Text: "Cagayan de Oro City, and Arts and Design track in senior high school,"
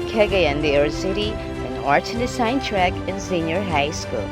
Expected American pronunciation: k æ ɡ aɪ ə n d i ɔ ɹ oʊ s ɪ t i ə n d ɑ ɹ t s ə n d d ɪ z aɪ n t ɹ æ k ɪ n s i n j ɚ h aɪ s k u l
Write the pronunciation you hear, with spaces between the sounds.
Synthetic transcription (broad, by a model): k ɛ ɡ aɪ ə n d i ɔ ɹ s ɪ t i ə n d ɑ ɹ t ə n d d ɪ s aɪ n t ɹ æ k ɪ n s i n j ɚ h aɪ s k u l